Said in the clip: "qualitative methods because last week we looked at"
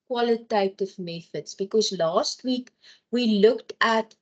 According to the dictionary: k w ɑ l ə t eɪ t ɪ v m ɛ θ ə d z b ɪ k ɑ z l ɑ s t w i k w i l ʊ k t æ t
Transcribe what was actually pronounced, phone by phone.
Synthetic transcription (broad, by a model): k w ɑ l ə t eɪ t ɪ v m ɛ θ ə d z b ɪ k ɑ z l ɑ s t w i k w i l ʊ k t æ t